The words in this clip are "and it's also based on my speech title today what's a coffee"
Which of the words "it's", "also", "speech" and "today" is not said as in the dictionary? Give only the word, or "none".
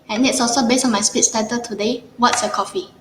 speech